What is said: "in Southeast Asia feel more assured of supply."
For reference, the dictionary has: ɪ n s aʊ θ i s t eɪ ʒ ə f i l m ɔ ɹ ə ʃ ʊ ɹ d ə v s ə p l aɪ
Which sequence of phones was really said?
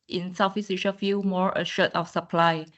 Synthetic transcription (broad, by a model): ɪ n s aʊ f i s i ʃ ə f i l m ɔ ɹ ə ʃ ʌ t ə f s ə p l aɪ